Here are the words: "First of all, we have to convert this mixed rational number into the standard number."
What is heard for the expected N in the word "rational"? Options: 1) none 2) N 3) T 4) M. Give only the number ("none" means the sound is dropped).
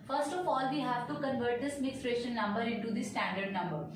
1